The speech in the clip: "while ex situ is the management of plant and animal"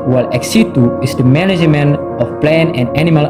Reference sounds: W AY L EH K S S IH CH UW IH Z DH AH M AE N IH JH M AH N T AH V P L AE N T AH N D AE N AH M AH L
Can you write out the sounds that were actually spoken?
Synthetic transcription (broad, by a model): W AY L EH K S S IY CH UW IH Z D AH M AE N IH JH M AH N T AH F P L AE N AH N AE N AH M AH L